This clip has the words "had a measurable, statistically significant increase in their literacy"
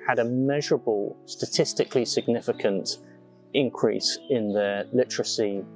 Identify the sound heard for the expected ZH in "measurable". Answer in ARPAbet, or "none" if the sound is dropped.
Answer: ZH